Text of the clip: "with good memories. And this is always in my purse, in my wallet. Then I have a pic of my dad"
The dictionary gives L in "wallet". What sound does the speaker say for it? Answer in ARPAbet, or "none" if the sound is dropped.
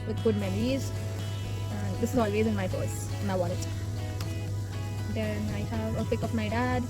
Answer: N